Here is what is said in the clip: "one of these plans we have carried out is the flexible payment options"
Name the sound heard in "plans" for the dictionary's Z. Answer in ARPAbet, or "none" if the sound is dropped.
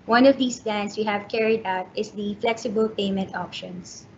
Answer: S